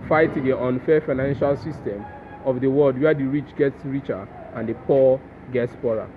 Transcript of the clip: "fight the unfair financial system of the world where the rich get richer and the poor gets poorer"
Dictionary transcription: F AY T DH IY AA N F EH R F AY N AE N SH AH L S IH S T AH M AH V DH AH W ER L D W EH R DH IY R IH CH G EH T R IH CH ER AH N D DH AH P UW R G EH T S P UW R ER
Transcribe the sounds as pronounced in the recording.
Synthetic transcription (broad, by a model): F AY T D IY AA N F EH F AY N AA N SH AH L S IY S T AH M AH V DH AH W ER L D W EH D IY R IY CH G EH T R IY CH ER AH N D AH P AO G EH T S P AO R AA